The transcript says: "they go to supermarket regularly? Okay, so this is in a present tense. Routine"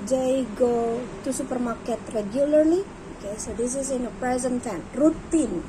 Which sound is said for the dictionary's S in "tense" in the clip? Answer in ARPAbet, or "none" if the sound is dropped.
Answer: none